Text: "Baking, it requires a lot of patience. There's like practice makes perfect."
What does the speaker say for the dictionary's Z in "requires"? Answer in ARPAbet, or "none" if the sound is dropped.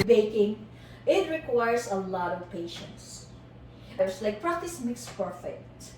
S